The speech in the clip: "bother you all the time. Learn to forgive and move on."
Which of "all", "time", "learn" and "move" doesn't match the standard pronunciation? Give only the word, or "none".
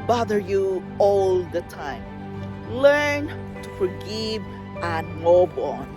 move